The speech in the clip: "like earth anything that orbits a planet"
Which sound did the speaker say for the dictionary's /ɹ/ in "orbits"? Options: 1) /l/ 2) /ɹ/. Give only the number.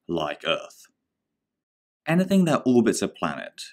1